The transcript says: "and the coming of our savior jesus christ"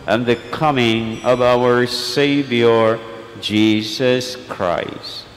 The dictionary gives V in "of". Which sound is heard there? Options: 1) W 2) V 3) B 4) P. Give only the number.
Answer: 2